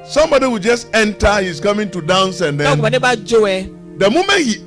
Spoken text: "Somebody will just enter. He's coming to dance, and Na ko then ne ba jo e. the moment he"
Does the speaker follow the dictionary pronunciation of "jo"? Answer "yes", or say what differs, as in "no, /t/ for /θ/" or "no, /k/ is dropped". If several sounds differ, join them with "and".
yes